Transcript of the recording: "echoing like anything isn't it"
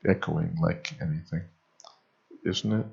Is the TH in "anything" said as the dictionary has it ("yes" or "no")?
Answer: yes